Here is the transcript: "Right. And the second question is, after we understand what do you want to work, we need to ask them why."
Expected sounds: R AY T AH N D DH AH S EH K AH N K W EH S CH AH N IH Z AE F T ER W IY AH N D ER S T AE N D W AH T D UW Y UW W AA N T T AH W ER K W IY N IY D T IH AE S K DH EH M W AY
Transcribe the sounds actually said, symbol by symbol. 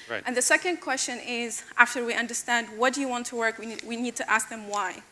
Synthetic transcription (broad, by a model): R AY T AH N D DH AH S EH K AH N K W EH S CH AH N IH Z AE F T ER W IY AH N D ER S T AE N D W AH T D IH Y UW W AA N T T AH W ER K W IY N IY D T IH AE S K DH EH M W AY